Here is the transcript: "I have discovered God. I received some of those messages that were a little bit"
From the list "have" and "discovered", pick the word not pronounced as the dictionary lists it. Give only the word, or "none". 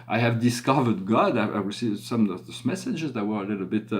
none